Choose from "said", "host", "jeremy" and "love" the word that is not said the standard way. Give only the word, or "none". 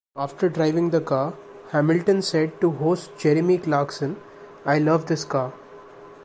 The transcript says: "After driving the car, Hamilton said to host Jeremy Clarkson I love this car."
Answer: none